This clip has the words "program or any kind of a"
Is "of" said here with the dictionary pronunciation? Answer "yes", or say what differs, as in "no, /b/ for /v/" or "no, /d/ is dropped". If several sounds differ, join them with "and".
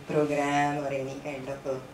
no, /p/ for /v/